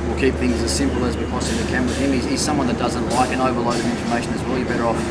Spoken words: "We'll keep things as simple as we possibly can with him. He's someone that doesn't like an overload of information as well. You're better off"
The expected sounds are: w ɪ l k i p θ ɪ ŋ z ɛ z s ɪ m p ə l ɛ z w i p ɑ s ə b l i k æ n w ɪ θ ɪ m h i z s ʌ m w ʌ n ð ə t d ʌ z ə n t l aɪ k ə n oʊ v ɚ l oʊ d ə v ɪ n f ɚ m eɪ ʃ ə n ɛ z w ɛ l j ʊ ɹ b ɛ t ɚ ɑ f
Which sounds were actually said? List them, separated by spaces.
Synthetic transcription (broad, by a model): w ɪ l k i p θ ɪ ŋ z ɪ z s ɪ m p l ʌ z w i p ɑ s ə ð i k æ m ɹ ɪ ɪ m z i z s ʌ m w ʌ n ð ə t d ʌ z ə n t l aɪ k ə n oʊ v ɚ l oʊ d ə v ɪ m f ɚ m eɪ ʃ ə n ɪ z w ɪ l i b ɛ t ɚ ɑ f